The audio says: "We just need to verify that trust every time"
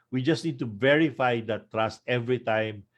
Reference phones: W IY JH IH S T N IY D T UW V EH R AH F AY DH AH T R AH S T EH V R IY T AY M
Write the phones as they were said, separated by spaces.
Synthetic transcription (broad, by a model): W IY JH IH S T N IY D T UW V EH R AH F AY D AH T R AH S T EH V R IY T AY M